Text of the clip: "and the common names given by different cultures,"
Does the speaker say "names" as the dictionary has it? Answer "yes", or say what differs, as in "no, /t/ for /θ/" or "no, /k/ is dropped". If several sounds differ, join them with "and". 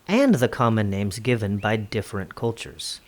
yes